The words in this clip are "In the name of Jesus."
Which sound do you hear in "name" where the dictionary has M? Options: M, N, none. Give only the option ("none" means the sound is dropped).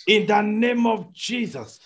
M